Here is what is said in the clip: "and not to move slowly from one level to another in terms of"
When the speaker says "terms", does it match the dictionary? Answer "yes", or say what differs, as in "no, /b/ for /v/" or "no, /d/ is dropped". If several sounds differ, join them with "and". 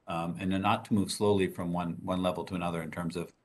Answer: yes